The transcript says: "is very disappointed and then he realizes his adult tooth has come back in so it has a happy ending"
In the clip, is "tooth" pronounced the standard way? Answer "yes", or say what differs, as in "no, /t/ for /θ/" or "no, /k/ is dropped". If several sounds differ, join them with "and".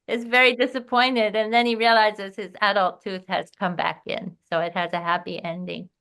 yes